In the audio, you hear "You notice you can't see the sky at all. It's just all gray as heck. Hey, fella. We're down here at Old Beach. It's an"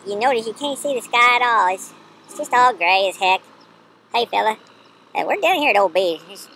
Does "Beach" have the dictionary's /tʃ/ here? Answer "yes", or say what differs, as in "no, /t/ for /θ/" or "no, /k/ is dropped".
no, /tʃ/ is dropped